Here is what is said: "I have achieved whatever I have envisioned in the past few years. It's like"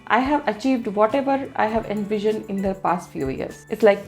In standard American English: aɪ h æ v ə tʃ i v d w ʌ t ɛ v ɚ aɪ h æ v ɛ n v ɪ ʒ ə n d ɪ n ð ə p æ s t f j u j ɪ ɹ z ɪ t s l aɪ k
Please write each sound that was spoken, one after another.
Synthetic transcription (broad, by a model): aɪ h æ v ə tʃ i v d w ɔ t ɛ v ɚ aɪ h æ v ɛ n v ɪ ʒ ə n ɪ n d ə p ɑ s t f j u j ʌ ɹ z ɪ t s l aɪ k